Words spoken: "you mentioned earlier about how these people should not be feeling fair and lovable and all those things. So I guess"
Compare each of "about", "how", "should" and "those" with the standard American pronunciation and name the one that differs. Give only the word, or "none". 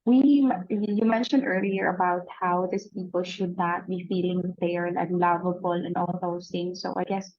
those